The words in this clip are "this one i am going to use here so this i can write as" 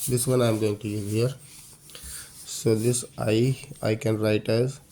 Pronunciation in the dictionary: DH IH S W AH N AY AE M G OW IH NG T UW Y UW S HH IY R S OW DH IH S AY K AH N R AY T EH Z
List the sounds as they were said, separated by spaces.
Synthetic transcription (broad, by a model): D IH S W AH N AY M G OW IH NG T UW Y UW HH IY R S OW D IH S AY K AH N R AY T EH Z